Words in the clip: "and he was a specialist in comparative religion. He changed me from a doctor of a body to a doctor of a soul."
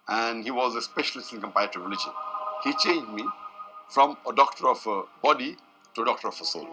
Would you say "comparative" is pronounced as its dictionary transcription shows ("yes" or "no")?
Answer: no